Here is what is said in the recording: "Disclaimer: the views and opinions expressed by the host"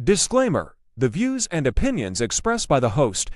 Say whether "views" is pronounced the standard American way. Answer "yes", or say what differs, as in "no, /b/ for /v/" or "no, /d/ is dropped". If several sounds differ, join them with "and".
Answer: yes